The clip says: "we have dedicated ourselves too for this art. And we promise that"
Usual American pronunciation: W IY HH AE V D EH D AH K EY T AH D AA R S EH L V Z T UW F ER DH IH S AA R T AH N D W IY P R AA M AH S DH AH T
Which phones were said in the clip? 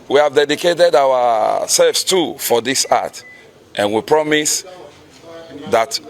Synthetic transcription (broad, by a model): W IY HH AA V D EH D AH K EY T AH D AA W S EH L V S T UW F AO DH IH S AA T T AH N W IY P R AA M AH S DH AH T